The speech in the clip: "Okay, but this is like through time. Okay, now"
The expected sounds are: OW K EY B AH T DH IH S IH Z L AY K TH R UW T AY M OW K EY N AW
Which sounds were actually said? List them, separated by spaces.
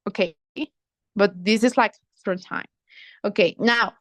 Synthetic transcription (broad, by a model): OW K EY B AH T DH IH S IH Z L AY K F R T AY M OW K EY N AW